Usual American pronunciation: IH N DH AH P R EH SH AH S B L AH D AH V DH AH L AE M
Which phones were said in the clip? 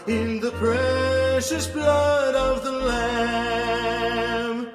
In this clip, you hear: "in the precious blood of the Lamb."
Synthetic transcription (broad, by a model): IH N DH AH P R EH SH AH S B L AH D AH V DH AH L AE M